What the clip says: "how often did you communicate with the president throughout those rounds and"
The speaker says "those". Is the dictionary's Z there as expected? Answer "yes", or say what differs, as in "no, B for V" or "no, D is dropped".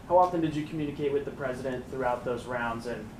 yes